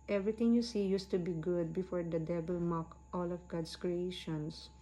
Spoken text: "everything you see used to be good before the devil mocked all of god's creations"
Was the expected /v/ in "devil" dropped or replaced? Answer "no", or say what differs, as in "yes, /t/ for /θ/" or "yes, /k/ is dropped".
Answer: yes, /b/ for /v/